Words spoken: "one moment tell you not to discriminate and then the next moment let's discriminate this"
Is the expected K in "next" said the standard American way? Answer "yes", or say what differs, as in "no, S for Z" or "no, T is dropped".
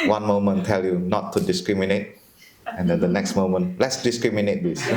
yes